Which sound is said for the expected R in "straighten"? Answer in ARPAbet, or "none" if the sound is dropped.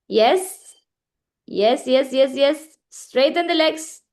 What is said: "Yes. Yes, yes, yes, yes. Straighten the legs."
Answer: R